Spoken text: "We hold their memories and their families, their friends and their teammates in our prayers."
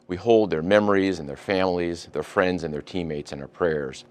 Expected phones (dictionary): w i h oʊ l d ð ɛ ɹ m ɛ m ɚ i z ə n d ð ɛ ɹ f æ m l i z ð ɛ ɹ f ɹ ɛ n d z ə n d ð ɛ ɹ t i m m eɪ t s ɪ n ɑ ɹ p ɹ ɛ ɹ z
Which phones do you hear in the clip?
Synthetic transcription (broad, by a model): w i h oʊ l d ð ɛ ɹ m ɛ m ɚ i z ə n ð ɛ ɹ f æ m l i z ð ɛ ɹ f ɹ ɛ n d z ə n ð ɛ ɹ t i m m eɪ t s ɪ n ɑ ɹ p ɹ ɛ ɹ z